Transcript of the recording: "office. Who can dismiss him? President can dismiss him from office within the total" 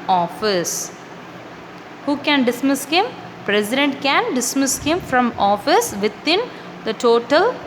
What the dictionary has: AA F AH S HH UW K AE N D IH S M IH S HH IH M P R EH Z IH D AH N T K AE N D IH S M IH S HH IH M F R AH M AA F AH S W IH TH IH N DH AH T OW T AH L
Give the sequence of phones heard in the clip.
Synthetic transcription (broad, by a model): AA F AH S HH UW K AE N D IH S M IH S HH IH M P R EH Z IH D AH N T K AE N D IH S M IH S HH IH M F R AH M AA F AH S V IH T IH N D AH T OW T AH L